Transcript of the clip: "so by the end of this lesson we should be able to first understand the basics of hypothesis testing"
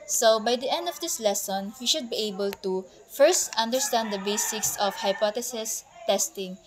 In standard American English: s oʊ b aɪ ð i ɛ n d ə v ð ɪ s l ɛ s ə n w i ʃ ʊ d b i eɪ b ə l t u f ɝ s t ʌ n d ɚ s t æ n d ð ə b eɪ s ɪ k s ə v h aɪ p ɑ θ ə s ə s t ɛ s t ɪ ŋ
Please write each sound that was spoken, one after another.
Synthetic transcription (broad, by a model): s oʊ b aɪ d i ɛ n d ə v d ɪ s l ɛ s ə n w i ʃ ʊ d b i eɪ b ə l t u f ɝ s t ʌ n d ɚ s t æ n d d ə b eɪ s ɪ k s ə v h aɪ p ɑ t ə s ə s t ɛ s t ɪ ŋ